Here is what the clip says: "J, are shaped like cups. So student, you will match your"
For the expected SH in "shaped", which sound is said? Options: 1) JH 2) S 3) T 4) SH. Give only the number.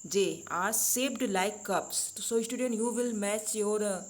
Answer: 2